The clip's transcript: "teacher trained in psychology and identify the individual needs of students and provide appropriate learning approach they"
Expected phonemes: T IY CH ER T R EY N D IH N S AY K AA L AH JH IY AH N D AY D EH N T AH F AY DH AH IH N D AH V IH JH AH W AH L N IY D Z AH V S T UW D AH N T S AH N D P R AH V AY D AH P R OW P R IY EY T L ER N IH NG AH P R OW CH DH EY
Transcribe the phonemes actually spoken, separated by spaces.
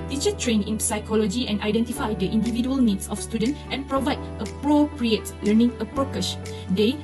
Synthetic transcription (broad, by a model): T IY CH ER T R EY N IH N S AY K AA L AH JH IY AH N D AY D EH N T AH F AY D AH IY N D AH V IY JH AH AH L N IY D S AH F S T UW D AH N T AH N P R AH V AY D AH P R OW P R IY EY T L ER N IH NG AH P R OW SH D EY